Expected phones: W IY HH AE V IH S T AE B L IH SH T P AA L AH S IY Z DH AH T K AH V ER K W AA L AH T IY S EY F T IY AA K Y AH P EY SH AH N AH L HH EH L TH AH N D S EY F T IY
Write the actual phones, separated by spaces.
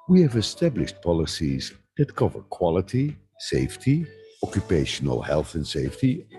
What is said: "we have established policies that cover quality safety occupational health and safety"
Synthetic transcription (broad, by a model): W IY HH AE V IH S T AE B L IH SH T P AA L AH S IY Z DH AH T K AH V ER K W AA L AH T IY S EY F T IY AA K Y AH P EY SH AH N AH L HH EH L TH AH N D S EY F T IY